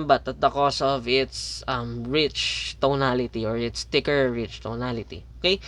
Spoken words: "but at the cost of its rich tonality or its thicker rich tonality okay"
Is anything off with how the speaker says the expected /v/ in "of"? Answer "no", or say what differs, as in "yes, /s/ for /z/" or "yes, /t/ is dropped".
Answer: no